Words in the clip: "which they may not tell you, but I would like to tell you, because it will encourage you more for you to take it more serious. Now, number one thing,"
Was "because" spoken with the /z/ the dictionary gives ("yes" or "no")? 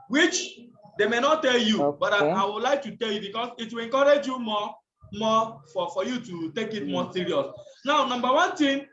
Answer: no